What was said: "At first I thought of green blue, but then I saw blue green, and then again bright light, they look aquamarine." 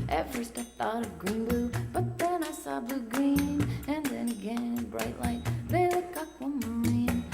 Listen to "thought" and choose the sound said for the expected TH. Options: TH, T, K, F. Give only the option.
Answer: TH